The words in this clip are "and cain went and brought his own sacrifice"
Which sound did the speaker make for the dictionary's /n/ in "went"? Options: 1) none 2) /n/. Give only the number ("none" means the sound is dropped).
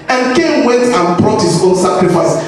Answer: 1